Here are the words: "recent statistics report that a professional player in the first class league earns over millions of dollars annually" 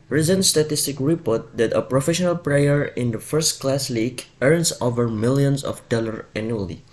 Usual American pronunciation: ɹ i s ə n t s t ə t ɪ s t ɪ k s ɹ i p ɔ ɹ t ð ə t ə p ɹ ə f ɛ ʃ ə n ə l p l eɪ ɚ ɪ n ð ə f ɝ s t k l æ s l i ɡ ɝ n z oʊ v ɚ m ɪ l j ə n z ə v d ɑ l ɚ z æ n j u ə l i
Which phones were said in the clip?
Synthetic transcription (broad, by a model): ɹ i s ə n s t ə t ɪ s t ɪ k ɹ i p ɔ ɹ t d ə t ə p ɹ ə f ɛ ʃ ə n ə l p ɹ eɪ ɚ ɪ n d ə f ɝ s t k l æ s l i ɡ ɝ n s oʊ v ɚ m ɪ l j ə n s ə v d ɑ l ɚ æ n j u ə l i